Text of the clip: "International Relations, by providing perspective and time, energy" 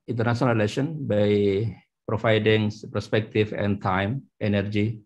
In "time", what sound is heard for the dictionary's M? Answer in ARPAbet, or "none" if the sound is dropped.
M